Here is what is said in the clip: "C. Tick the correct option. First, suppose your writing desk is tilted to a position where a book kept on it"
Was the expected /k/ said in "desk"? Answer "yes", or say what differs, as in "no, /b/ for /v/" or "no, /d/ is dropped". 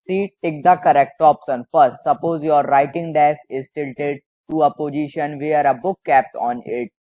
no, /k/ is dropped